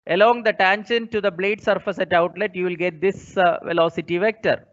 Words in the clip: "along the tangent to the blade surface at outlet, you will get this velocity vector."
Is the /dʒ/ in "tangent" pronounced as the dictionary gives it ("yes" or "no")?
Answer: no